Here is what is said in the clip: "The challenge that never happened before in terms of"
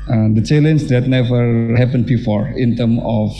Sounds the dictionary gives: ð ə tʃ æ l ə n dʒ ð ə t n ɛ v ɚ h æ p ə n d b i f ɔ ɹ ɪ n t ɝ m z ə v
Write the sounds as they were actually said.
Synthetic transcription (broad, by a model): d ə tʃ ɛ l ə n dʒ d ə t n ɛ v ɚ h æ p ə n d b i f ɔ ɹ ɪ n t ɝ m ə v